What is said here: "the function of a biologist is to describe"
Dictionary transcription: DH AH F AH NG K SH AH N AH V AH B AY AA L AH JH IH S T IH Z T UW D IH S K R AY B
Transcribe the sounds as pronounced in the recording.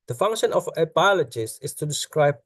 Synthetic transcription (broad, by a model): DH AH F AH NG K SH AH N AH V AH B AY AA L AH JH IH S IH S T UW D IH S K R AY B